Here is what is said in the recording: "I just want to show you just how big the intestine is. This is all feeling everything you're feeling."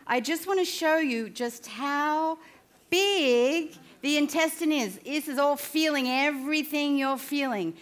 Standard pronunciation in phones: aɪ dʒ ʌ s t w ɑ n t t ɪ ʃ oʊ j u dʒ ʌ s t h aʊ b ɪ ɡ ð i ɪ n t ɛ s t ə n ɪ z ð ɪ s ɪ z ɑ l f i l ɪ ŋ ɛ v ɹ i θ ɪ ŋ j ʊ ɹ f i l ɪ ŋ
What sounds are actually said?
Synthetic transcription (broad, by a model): aɪ dʒ ʌ s t w ɑ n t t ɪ ʃ oʊ j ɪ dʒ ʌ s t h aʊ b ɪ ɡ ð i ɪ n t ɛ s t ə n ɪ z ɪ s ɪ z ɑ l f i l ɪ ŋ ɛ v ɹ i θ ɪ ŋ j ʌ ɹ f i l ɪ ŋ